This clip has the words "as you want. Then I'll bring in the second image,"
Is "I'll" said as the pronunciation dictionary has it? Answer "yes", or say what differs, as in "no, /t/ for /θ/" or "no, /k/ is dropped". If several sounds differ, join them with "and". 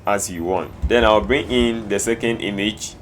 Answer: no, /w/ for /l/